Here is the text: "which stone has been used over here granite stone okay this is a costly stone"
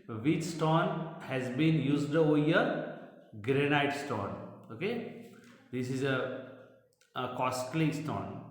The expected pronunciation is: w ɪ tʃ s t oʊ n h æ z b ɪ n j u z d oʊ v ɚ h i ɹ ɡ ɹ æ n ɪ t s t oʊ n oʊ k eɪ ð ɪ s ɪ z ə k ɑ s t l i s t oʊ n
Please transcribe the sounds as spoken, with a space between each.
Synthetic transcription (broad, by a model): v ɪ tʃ s t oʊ n h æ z b ɪ n j u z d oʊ ɔ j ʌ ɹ ɡ ɹ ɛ n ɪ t s t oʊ n oʊ k eɪ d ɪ s ɪ z ə k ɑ s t l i s t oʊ n